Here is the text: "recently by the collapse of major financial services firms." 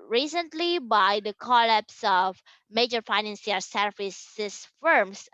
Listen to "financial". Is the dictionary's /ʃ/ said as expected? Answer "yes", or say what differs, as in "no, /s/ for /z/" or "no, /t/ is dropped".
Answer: no, /s/ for /ʃ/